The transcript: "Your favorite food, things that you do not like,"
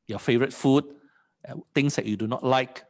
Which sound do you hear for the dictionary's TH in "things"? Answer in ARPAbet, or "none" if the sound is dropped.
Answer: T